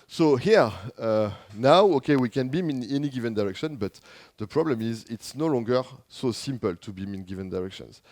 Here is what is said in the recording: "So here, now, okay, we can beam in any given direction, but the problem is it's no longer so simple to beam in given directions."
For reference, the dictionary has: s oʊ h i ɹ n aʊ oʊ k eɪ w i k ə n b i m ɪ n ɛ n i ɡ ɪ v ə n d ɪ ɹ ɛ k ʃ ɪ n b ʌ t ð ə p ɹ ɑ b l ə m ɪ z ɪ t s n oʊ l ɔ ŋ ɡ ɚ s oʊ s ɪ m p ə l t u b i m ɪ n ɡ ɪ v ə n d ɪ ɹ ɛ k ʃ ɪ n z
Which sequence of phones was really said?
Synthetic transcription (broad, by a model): s oʊ h i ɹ n aʊ oʊ k eɪ w i k ə n b i m ɪ n ɛ n i ɡ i v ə n d ɪ ɹ ɛ k ʃ ɪ n b ʌ t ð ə p ɹ ɑ b l ə m ɪ z ɪ t s n oʊ l ɔ ŋ ɡ ɚ s oʊ s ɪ m p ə l t u b i m ɪ n ɡ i v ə n d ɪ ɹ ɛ k ʃ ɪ n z